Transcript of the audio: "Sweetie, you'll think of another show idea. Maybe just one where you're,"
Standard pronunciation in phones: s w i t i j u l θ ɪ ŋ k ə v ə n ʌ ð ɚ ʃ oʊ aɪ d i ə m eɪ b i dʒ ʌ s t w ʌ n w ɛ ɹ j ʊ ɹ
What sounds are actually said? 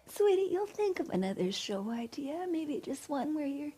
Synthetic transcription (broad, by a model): s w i t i j u l θ ɪ ŋ k ə v ə n ʌ ð ɚ ʃ oʊ aɪ d i ə m eɪ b i dʒ ʌ s t w ʌ n w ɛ ɹ j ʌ ɹ